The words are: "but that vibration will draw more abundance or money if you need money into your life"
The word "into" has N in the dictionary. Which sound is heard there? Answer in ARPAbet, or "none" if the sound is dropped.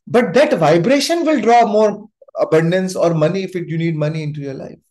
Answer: N